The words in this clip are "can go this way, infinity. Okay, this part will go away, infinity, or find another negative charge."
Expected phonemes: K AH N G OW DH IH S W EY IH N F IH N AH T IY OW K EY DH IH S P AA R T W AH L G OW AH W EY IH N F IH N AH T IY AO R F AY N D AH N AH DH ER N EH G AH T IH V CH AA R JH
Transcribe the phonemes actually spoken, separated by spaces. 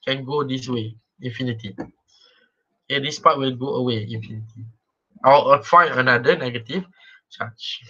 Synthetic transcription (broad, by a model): K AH N G OW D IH S W EY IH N F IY N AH T IY OW K EY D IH S P AA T W AH L G OW AH W EY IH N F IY N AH T IY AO L F AY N AH N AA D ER N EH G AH T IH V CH AA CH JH